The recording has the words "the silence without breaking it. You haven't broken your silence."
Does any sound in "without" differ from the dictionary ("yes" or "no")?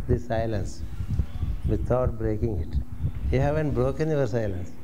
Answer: yes